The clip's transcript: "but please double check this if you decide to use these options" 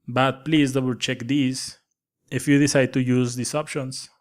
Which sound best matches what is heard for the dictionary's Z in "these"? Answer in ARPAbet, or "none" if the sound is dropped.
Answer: S